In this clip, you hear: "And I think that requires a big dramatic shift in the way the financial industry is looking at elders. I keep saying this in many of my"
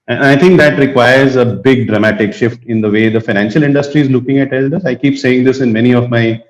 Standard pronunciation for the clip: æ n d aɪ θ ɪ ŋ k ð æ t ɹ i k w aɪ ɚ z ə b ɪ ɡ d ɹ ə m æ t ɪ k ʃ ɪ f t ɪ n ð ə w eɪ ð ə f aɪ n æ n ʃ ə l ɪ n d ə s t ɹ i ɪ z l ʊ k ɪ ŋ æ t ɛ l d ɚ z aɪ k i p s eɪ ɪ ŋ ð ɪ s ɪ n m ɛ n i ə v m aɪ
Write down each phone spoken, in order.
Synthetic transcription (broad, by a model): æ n aɪ t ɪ ŋ k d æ t ɹ i k w aɪ ɚ z ə b ɪ ɡ d ɹ ə m æ t ɪ k ʃ ɪ f t ɪ n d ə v eɪ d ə f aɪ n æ n ʃ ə l ɪ n d ə s t ɹ i ɪ z l ʊ k ɪ ŋ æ t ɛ l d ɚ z aɪ k i p s eɪ ɪ ŋ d ɪ s ɪ n m ɛ n i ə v m aɪ